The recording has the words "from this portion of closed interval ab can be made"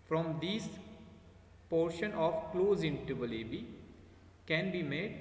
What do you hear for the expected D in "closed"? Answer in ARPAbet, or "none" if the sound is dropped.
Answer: none